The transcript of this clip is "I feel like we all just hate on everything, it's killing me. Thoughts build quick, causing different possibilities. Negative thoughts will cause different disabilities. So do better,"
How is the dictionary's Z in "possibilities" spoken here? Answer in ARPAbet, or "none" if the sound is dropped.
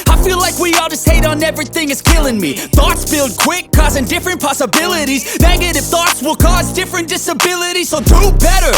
Z